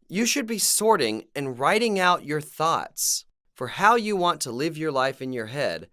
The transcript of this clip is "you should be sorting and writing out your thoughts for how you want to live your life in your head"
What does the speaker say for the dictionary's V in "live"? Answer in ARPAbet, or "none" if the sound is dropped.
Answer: V